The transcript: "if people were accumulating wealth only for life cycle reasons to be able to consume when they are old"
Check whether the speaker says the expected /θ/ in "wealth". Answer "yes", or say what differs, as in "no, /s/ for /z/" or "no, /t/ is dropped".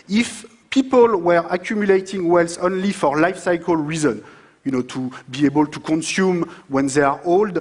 no, /s/ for /θ/